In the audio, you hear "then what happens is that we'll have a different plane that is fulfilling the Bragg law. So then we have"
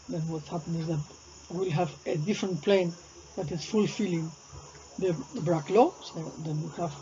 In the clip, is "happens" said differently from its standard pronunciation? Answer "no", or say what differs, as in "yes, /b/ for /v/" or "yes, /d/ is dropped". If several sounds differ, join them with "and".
yes, /z/ is dropped